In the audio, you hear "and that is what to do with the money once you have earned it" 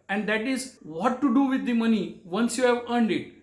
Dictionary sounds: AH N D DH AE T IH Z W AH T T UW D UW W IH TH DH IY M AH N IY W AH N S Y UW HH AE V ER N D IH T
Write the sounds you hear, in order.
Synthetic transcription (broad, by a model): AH N D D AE T IH Z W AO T T UW D UW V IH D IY M AH N IY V AH N S Y UW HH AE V ER N D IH T